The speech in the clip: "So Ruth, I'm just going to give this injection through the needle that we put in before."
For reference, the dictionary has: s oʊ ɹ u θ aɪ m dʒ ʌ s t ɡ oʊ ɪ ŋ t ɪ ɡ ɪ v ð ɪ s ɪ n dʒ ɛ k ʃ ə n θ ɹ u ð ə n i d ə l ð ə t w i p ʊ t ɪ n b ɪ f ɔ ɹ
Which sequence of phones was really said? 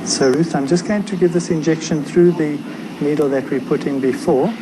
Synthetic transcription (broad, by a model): s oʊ ɹ u θ aɪ m dʒ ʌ s ɡ oʊ ɪ ŋ t ɪ ɡ ɪ v ð ɪ s ɪ n dʒ ɛ k ʃ ə n θ ɹ u ð ə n i d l ð ə t w i p ʊ t ɪ n b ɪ f ɔ ɹ